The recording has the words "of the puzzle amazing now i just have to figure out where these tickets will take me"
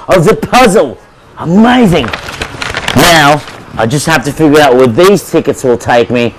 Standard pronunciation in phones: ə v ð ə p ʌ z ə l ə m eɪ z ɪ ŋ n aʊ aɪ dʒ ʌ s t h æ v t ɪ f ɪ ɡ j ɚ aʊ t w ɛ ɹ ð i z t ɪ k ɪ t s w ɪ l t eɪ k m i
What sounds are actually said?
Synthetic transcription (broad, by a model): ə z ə p ʌ z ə l ə m eɪ z ɪ ŋ n aʊ aɪ dʒ ʌ s t h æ f t ɪ f ɪ ɡ j ɚ aʊ t w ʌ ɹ ð i z t ɪ k ɪ t s w ɪ l t eɪ k m i